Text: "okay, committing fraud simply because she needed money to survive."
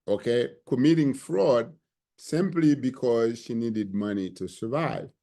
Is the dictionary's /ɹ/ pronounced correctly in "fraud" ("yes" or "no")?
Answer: yes